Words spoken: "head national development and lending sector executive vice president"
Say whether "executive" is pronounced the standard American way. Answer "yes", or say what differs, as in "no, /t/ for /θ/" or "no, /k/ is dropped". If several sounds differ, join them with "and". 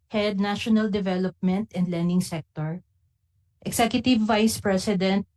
no, /s/ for /z/